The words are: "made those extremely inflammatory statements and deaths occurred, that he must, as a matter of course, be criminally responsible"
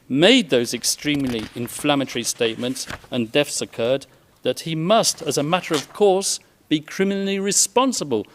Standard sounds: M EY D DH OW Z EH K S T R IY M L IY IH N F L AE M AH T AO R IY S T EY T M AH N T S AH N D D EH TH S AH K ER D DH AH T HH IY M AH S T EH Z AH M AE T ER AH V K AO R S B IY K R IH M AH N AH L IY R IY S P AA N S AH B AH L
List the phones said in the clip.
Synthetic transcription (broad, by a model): M EY D DH OW Z EH K S T R IY M L IY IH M F L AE M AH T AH R IY S T EY T M AH N T S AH N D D EH F S AH K ER D DH AH T HH IY M AH S T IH Z AH M AE T ER AH V K AO R S B IY K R IH M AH N L IY R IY S P AA N S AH B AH L